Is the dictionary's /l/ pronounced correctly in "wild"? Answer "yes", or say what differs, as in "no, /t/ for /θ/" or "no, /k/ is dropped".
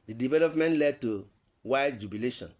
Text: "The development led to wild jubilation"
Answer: no, /l/ is dropped